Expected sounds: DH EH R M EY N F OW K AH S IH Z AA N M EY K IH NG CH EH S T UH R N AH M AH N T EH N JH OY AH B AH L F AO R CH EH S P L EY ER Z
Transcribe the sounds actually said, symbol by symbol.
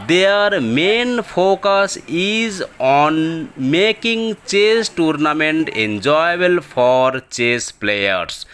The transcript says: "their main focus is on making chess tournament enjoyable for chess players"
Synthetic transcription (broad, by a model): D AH R M EY N P OW K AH S IH Z AA N M EY K IH NG CH EH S T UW R N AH M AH N T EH N JH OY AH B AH L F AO R CH EH S P L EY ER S